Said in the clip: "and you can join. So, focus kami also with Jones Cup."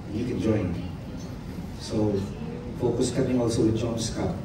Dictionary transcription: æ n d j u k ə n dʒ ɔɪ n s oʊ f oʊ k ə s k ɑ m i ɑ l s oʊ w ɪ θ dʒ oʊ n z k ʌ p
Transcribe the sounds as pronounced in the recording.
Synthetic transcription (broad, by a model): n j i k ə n dʒ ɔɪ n s oʊ f oʊ k ə s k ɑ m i ɑ l s oʊ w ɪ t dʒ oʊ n s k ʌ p